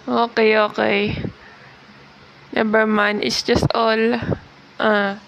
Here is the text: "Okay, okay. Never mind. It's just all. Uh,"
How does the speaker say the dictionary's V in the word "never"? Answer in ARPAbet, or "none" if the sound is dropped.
B